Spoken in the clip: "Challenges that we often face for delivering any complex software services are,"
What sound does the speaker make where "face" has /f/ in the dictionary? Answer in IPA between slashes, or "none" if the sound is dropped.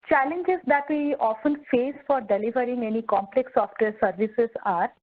/f/